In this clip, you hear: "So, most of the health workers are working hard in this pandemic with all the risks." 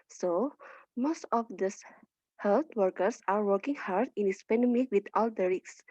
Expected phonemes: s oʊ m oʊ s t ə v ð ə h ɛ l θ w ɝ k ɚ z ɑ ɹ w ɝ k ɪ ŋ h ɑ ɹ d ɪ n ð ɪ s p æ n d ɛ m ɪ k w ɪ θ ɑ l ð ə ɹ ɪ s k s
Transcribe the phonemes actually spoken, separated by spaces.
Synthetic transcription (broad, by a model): s oʊ m oʊ s t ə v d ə h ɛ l t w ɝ k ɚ s ɑ ɹ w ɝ k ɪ ŋ h ɑ ɹ d ɪ n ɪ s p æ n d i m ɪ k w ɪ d ɑ l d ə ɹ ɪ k s